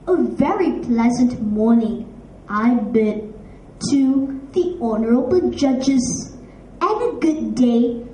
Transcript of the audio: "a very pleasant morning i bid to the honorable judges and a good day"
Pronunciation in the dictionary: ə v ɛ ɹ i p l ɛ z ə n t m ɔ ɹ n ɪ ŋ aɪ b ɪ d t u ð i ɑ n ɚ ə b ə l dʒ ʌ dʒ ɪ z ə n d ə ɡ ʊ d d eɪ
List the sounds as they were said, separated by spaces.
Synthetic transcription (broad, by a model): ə v ɛ ɹ i p l ɛ z ə n t m ɔ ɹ n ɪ ŋ aɪ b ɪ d t u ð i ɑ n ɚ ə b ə n dʒ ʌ dʒ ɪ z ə n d ə ɡ ʊ d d eɪ